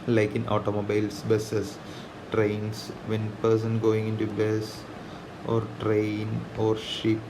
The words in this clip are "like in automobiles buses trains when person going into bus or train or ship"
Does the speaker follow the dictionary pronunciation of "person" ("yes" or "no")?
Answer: yes